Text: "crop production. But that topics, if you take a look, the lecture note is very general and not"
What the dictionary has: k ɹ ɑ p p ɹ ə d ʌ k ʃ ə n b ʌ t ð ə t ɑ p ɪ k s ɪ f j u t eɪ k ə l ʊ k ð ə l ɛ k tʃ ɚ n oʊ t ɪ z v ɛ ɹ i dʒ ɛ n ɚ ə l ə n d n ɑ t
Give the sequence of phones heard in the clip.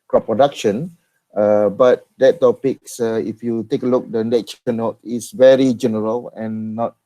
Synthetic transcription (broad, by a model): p ɹ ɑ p p ɹ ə d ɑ k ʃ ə n b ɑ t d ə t ɑ p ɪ k s ɪ f j u t eɪ k ə l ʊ k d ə n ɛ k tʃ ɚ n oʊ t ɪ s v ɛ ɹ i dʒ ɛ n ɚ ə l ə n n ɑ t